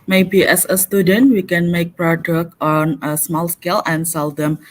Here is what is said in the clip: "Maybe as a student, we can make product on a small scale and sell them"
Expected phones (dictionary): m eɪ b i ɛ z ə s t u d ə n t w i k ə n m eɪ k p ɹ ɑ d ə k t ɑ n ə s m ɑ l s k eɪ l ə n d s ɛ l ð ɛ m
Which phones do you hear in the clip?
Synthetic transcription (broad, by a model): m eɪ b i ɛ s ə s t u d ə n t w i k ə n m eɪ k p ɹ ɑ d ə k ɑ n ə s m ɑ l s k eɪ l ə n s ɛ l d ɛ m